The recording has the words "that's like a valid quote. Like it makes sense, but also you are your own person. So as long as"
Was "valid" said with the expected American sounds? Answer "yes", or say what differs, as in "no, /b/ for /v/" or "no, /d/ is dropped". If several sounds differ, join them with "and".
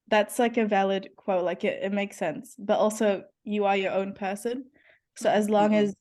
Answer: yes